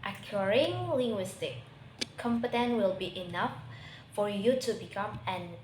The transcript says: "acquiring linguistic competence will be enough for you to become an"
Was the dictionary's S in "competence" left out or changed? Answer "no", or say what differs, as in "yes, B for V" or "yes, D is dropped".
yes, S is dropped